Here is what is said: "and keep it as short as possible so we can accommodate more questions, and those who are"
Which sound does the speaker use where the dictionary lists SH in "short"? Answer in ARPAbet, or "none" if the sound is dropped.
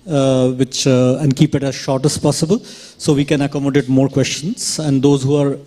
SH